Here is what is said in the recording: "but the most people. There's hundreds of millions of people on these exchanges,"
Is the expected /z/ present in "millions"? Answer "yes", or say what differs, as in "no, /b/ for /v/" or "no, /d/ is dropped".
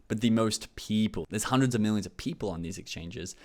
yes